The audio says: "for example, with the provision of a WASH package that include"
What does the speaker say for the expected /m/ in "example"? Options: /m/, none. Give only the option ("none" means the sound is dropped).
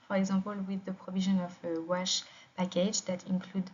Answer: none